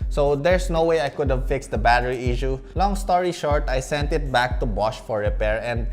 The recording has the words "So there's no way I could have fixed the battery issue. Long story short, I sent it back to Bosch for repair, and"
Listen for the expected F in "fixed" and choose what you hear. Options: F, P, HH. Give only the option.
F